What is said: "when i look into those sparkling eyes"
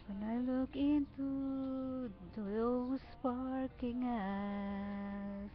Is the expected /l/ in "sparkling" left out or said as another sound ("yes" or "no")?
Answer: yes